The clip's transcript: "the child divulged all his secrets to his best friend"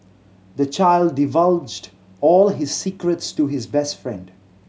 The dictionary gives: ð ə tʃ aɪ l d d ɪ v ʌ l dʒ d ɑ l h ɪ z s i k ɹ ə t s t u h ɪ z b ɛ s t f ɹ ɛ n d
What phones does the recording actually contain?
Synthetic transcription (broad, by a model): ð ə tʃ aɪ l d d ɪ v ʌ l dʒ d ɑ l h ɪ z s i k ɹ ə t s t u h ɪ z b ɛ s t f ɹ ɛ n d